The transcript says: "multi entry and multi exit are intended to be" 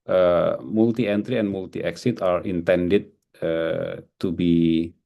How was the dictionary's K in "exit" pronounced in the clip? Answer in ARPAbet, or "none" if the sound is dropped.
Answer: K